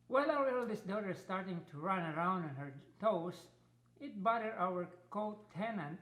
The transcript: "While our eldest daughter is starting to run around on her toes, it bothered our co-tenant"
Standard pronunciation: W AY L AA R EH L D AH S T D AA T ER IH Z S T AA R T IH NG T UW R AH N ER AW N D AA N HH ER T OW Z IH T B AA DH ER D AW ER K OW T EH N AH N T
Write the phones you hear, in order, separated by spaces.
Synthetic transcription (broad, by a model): W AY L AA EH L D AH S D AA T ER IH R S T AA R T IH NG T UW R AH N ER AW N D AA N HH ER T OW S IH T B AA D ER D AW ER K OW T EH N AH N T